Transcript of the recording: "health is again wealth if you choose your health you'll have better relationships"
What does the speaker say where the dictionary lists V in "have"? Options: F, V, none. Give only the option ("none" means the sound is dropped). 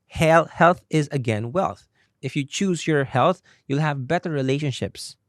V